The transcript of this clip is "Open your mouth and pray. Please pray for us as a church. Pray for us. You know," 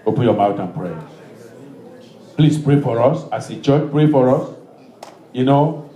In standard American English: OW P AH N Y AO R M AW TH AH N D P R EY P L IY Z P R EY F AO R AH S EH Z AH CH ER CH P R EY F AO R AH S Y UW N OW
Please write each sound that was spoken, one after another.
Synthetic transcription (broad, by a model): OW P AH N Y AO M AW T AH N P R EY P L IY S P R EY F AO R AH S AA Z AH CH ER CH P R EY F AO R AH S Y UW N OW